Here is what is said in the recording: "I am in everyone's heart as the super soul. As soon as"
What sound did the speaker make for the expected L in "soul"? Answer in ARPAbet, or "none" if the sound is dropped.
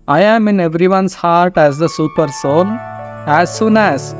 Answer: N